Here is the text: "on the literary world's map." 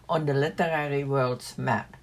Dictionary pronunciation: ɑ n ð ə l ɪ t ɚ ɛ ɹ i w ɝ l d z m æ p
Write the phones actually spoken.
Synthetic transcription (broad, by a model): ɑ n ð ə l ɪ t ɚ ɛ ɹ i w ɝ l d s m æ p